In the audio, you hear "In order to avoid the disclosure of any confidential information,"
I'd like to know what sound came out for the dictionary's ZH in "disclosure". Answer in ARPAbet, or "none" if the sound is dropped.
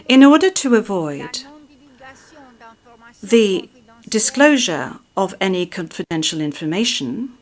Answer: ZH